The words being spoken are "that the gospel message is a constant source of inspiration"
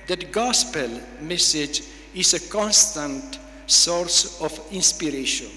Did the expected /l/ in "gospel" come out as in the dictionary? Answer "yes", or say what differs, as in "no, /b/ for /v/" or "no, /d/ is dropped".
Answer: yes